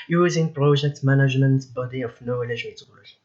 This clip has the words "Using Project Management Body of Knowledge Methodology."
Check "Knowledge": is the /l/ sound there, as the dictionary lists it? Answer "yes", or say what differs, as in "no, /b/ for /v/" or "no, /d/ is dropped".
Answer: no, /l/ is dropped